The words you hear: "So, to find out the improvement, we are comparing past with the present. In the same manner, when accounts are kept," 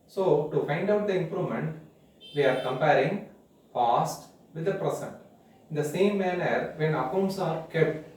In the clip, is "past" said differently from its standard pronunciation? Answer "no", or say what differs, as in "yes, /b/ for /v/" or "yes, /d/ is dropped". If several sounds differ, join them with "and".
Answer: yes, /f/ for /p/